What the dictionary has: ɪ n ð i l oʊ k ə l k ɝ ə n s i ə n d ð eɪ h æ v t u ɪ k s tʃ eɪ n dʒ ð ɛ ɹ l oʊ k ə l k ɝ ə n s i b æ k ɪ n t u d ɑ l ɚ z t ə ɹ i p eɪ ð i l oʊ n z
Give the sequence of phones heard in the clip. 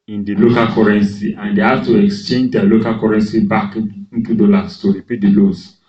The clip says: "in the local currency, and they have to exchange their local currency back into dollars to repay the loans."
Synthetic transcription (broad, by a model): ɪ n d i l oʊ k ə l k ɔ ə n s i ə n d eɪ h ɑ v t u ɪ k s tʃ eɪ n dʒ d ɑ l oʊ k ə l k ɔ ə n s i b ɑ k ɪ n t u d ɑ l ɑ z t ə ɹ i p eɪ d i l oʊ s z